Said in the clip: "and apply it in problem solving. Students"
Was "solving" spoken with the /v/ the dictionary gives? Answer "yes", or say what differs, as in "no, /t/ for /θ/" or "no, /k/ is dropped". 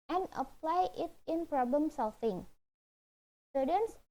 no, /f/ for /v/